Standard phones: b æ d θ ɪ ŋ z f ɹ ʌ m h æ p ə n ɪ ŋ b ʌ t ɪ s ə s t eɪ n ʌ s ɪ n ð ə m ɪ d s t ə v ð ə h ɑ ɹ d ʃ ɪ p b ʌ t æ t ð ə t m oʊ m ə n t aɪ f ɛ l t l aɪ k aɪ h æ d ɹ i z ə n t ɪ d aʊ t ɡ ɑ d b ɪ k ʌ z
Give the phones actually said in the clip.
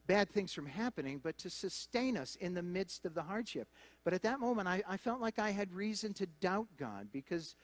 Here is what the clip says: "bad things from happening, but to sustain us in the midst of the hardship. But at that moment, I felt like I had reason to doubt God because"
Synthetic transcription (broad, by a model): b æ d θ ɪ ŋ z f ɹ ʌ m h æ p ə n ɪ ŋ b ʌ t ɪ s ə s t eɪ n ʌ s ɪ n ð ə m ɪ d s t ə v ð ə h ɑ ɹ d ʃ ɪ p b ʌ t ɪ t ð ə t m oʊ m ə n t aɪ f ɛ l t l aɪ k aɪ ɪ d ɹ i z ə n t ɪ d aʊ t ɡ ɑ d b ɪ k ʌ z